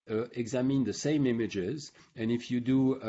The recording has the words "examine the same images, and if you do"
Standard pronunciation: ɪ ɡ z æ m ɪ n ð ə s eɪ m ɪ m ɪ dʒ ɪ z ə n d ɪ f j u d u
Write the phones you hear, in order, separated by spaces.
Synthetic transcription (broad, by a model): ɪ ɡ z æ m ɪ n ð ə s eɪ m ɪ m ɪ dʒ ɪ z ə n ɪ f j u d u